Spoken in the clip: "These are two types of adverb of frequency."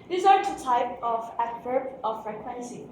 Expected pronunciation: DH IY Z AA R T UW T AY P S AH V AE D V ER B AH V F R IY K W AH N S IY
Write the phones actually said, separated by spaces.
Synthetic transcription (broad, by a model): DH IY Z AA R T UW T AY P AH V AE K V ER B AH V F R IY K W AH N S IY